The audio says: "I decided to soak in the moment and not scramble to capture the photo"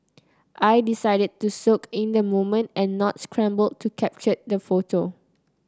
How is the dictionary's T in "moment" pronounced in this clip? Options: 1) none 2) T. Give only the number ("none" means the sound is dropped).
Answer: 2